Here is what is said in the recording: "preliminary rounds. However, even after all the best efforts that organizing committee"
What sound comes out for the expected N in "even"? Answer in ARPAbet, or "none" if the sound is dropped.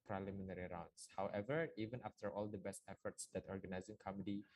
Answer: N